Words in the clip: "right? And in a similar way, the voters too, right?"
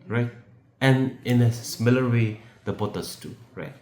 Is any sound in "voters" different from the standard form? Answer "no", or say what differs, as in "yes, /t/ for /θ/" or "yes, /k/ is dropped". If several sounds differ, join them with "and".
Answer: yes, /b/ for /v/ and /s/ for /z/